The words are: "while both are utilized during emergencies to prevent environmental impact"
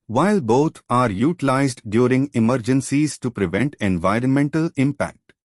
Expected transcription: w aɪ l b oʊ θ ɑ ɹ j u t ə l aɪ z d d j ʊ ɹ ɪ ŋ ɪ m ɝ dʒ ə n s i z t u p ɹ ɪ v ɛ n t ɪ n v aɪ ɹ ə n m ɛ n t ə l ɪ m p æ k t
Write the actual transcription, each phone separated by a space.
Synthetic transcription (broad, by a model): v aɪ l b oʊ t ɑ ɹ j u t ə l aɪ z d d j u ɹ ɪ ŋ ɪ m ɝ dʒ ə n s i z t u p ɹ ɪ v ɛ n t ɪ n v aɪ ɹ ə n m ɛ n t ə l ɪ m p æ k t